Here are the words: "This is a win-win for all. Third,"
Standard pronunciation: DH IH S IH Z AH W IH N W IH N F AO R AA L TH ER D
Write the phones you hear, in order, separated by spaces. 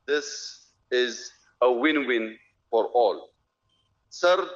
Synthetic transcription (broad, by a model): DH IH S IH Z AH W IH N W IH N F AO R AA L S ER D